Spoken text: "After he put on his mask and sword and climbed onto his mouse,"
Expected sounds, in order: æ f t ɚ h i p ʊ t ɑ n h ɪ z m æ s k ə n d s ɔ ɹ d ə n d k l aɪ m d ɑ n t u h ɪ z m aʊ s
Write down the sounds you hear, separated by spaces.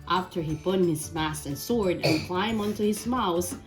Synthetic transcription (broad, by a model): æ f t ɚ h i p ʊ t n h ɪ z m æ s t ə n s ɔ ɹ d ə n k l aɪ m ɑ n t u h ɪ z m aʊ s